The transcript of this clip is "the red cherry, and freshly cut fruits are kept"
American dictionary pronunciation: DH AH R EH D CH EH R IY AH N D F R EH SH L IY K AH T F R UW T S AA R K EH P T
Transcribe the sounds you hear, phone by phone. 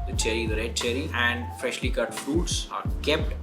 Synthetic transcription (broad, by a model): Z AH R EH D CH EH R IY AH N D F R EH SH L IY K AH T F R UW T S AA R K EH P T